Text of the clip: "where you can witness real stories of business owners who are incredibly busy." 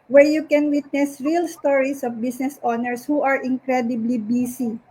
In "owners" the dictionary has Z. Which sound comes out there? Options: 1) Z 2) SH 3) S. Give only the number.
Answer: 3